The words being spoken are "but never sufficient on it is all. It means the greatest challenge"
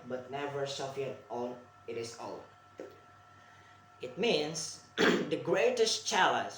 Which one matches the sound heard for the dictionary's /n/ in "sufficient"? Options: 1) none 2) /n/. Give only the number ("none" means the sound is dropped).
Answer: 1